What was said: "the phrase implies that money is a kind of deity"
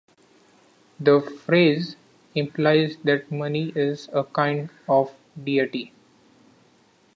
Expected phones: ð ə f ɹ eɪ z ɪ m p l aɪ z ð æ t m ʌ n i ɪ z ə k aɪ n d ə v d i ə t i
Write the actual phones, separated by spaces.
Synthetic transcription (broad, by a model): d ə f ɹ eɪ z ɪ m p l aɪ z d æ t m ʌ n i ɪ z ə k aɪ n d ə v d i ə t i